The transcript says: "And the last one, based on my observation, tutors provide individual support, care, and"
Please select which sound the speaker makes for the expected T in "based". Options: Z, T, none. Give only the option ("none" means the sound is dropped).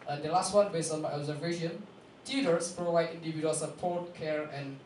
none